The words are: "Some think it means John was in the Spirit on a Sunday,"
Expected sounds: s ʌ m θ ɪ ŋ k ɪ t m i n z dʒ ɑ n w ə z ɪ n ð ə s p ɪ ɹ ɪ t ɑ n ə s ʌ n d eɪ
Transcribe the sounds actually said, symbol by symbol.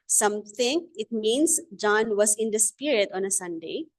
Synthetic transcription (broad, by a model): s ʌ m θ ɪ ŋ ɪ t m i n s dʒ ɑ n w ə s ɪ n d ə s p ɪ ɹ ɪ t ɑ n ə s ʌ n d eɪ